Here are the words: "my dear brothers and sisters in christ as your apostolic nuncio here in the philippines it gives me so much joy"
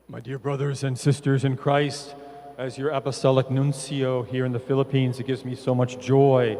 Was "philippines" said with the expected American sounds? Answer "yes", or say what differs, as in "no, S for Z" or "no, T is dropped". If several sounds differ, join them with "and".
yes